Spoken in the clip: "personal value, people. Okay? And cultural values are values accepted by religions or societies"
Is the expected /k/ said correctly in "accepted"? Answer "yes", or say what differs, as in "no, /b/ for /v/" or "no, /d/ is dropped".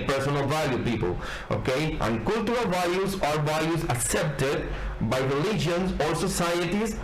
yes